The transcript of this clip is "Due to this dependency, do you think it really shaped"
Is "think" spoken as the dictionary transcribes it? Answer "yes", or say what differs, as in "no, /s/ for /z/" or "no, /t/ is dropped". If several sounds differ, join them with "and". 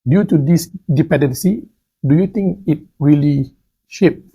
no, /t/ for /θ/